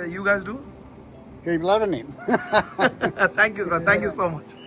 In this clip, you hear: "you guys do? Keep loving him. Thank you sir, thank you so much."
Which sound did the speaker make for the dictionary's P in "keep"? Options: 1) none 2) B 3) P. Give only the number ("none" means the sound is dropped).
2